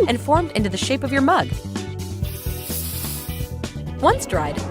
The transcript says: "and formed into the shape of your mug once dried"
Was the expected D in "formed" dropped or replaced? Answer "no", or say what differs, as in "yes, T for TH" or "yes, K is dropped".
no